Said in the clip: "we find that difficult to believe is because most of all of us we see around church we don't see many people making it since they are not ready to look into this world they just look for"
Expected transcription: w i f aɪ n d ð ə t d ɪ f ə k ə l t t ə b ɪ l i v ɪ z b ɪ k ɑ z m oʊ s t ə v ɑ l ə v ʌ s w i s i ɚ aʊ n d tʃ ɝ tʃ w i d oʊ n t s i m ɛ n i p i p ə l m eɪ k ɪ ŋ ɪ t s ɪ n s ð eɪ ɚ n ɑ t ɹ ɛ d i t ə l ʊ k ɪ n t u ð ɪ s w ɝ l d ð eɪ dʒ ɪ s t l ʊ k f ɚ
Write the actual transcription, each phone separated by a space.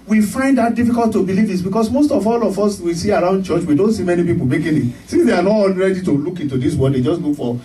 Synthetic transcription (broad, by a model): w i f aɪ n d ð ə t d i f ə k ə l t t ə b ɪ l i v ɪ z b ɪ k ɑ s m oʊ s t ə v ɑ l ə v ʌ s w i s i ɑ aʊ n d tʃ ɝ tʃ w i d oʊ n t s i m ɛ n i p i p ə l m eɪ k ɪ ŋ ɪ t s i n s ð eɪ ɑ n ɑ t ɹ ɛ d i t ə l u k ɪ n t u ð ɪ s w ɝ d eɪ dʒ ɪ s t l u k f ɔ